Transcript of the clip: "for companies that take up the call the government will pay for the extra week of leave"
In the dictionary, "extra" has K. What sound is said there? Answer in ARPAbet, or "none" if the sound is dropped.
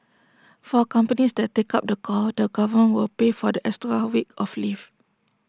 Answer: none